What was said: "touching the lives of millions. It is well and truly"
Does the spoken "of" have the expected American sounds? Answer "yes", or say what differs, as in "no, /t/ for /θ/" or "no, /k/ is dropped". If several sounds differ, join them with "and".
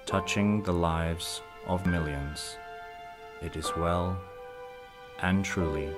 yes